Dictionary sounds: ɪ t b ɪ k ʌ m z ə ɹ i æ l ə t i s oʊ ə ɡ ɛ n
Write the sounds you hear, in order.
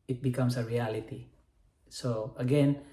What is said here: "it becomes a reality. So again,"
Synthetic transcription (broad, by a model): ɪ t b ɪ k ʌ m s ə ɹ i æ l ə t i s oʊ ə ɡ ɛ n